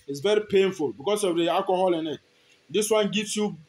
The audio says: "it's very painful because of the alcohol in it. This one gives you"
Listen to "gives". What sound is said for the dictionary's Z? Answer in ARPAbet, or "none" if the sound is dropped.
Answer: S